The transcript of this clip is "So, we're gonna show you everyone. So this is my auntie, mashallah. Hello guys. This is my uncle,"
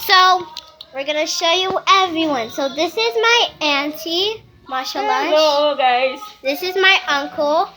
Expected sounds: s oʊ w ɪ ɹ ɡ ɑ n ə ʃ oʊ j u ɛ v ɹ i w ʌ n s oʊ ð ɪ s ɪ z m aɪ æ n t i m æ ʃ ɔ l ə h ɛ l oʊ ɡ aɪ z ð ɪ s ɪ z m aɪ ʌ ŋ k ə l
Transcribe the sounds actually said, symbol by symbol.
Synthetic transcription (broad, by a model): s oʊ w ɪ ɹ ɡ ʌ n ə ʃ oʊ j u ɛ v ɹ i w ʌ n s oʊ ð ɪ s ɪ z m aɪ æ n t i m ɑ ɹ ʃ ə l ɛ oʊ ɡ aɪ z ð ɪ s ɪ z m aɪ ʌ ŋ k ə l